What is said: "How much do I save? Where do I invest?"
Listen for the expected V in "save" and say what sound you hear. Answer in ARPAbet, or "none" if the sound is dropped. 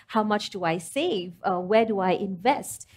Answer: V